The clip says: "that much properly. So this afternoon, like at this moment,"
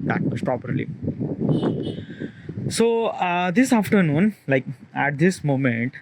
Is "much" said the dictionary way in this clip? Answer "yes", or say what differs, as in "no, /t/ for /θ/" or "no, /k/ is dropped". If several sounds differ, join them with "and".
no, /s/ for /tʃ/